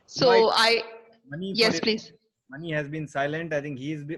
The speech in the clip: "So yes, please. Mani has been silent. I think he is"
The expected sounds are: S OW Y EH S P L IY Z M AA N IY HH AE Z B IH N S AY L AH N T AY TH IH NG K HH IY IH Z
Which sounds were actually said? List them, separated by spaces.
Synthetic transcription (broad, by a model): S OW Y EH S P L IY Z M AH N IY HH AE Z B IH N S AY L AH N T AY T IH NG K HH IY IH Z